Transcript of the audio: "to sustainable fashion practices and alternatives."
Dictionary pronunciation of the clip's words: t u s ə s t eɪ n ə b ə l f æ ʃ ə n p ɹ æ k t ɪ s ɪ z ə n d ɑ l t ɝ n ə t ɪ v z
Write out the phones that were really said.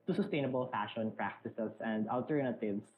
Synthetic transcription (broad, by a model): t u s ə s t eɪ n ə b ə l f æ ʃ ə n p ɹ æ k t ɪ s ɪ s ə n d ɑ l t ɝ n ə t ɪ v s